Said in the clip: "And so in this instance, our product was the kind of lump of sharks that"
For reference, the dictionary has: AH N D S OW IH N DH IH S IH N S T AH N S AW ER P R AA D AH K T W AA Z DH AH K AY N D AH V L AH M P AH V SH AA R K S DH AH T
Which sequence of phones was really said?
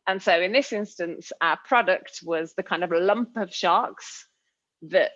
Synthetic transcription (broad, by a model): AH N S OW IH N DH IH S IH N S T AH N S AW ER P R AA D AH K T W AA Z DH AH K AY N D AH V L AH M P AH V SH AA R K S DH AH T